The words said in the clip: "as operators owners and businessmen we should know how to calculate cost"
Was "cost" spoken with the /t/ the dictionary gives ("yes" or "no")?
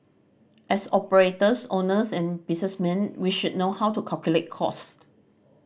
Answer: yes